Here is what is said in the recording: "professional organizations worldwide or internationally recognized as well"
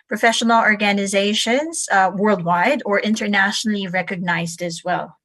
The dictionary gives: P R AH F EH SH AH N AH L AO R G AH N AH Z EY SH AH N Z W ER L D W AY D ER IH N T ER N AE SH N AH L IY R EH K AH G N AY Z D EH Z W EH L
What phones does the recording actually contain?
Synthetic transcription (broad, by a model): P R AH F EH SH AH N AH L AO R G AH N AH Z EY SH AH N Z W ER L D W AY D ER IH N T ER N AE SH N L IY R EH K AH G N AY Z D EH Z W EH L